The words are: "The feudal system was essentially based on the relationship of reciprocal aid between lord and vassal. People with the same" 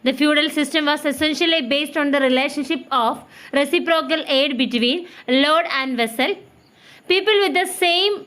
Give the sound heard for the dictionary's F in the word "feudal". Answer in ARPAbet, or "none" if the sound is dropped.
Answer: F